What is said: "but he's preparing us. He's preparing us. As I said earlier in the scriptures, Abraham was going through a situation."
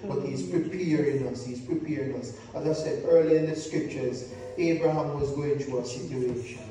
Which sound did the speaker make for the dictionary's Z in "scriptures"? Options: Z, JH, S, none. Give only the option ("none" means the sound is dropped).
Z